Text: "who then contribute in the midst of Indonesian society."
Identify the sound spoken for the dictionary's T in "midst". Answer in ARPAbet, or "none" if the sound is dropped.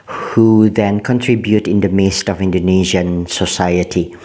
T